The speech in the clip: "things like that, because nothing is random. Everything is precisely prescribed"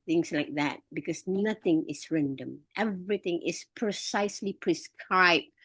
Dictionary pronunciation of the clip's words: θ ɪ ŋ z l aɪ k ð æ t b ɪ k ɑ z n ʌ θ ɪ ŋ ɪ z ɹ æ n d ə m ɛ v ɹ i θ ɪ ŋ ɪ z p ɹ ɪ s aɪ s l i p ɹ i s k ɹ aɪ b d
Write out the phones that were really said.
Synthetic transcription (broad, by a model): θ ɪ ŋ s l aɪ k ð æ t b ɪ k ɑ s n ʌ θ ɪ ŋ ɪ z ɹ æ n d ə m ɛ v ɹ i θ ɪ ŋ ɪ s p ɹ ɪ s aɪ s l i p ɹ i s k ɹ aɪ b